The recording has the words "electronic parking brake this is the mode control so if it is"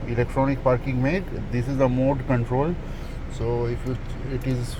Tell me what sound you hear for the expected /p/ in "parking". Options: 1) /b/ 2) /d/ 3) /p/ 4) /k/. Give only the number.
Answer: 3